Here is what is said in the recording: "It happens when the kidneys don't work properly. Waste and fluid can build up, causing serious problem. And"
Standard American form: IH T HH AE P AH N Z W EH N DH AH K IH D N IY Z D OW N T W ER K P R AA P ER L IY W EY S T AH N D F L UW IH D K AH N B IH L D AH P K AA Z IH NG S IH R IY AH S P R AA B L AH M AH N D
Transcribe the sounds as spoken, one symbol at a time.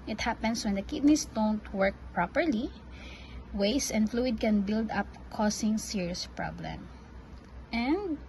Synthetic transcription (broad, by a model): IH T HH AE P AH N S W EH N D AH K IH D N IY S D OW N T W ER K P R AA P ER L IY W EY S AH N D F L UW IH D K AH N B IH L D AH P K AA S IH NG S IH R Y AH S P R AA B L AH M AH N D